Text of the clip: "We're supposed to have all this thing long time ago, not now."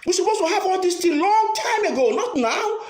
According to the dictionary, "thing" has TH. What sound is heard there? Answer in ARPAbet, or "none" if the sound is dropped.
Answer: T